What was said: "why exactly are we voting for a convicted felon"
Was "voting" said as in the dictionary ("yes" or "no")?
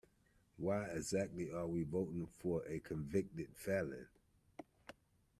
yes